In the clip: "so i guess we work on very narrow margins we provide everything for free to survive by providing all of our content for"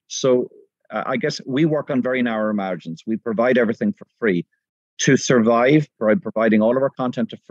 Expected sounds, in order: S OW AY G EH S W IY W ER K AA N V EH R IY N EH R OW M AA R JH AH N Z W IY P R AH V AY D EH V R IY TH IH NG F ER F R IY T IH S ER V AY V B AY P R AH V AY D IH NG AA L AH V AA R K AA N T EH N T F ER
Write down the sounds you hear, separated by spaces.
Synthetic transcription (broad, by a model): S OW AY G EH S W IY W ER K N V EH R IY N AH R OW M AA R JH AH N S W IY P R AH V AY D EH V R IY TH IH NG F ER F R IY T IH S ER V AY V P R P R AH V AY D IH NG AA L AH V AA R K AA N T EH N T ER